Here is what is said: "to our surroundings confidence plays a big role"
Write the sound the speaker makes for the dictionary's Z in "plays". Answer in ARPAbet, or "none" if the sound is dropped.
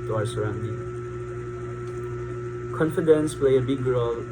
none